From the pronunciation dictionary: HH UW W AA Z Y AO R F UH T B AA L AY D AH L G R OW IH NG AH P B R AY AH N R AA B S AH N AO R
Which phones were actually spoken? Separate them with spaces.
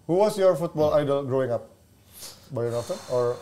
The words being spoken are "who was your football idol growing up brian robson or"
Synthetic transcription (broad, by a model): HH UW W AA S Y AO R F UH T B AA L AY D AH L G R OW IH NG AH P B AY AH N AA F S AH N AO R